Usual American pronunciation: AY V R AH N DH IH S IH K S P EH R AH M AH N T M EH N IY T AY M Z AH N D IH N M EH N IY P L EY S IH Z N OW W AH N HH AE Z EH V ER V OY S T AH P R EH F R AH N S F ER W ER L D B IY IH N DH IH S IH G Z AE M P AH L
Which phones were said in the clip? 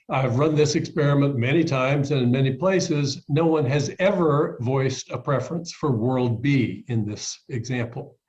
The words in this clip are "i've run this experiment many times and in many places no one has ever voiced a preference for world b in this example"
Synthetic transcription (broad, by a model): AY V R AH N DH IH S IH K S P EH R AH M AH N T M EH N IY T AY M Z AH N IH N M EH N IY P L EY S IH Z N OW W AH N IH Z EH V ER V OY S T AH P R EH F R AH N S F ER W ER L D B IY IH N DH IH S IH G Z AE M P L